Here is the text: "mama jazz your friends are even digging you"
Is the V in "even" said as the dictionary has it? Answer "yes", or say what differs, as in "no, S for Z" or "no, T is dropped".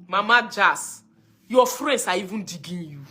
yes